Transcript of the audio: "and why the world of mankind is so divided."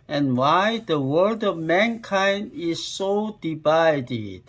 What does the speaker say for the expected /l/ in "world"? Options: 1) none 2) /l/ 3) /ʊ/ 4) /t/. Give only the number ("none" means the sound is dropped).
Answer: 1